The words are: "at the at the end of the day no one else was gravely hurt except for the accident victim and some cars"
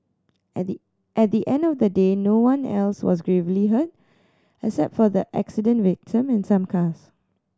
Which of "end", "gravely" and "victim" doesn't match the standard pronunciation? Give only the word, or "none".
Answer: none